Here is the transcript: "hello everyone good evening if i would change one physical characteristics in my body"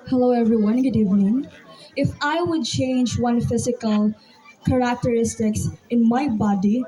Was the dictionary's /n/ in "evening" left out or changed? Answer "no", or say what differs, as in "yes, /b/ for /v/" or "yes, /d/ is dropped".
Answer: no